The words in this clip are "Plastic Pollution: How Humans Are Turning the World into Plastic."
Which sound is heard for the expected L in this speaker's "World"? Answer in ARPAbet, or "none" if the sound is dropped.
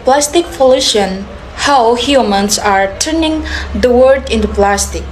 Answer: none